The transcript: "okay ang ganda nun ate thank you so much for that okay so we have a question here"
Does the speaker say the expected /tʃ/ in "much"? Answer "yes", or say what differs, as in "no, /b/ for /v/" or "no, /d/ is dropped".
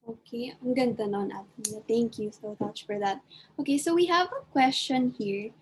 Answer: yes